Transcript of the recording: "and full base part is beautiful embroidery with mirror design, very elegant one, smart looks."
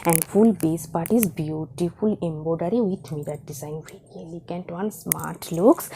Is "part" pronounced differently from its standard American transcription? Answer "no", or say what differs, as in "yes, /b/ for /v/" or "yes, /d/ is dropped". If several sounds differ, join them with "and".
no